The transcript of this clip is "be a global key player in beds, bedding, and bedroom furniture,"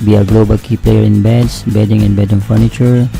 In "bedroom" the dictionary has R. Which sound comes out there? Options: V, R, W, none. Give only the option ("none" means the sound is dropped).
none